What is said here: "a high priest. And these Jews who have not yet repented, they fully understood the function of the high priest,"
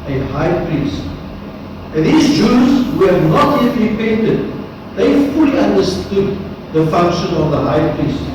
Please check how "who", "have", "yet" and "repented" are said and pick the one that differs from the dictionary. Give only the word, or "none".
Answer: none